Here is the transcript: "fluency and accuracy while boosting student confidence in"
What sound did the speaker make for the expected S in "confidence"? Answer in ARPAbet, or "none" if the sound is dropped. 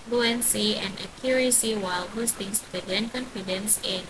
S